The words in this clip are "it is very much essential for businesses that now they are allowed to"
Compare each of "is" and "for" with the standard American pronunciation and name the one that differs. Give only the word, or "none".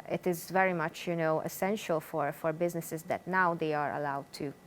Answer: none